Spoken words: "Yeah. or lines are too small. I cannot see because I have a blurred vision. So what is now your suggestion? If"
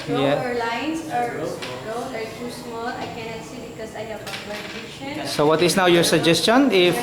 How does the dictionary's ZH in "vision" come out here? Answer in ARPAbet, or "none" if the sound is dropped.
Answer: SH